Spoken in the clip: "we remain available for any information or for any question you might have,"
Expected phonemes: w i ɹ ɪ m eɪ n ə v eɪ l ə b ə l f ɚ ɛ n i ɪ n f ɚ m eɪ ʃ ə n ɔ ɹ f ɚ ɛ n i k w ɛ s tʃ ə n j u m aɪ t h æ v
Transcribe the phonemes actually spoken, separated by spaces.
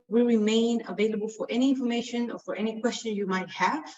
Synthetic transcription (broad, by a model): w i ɹ ɪ m eɪ n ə v eɪ l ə b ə l f ɚ ɛ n i ɪ n f ɚ m eɪ ʃ ə n ɔ ɹ f ɚ ɛ n i k w ɛ s tʃ ə n j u m aɪ t h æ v